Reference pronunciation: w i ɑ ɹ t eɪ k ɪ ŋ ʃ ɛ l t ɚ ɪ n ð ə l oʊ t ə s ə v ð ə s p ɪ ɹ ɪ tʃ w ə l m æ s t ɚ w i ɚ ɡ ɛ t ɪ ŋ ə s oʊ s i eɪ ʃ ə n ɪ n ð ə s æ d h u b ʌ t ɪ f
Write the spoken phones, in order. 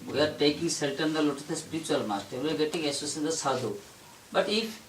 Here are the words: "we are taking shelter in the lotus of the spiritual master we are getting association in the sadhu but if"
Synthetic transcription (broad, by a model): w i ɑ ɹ t eɪ k ɪ ŋ s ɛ l t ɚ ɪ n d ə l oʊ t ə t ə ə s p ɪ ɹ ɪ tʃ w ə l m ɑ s t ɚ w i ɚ ɡ ɛ t ɪ ŋ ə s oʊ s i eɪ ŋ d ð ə s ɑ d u b ʌ t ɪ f